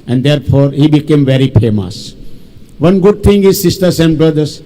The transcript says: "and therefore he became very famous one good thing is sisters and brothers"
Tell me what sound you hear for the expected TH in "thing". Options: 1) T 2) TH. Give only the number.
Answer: 1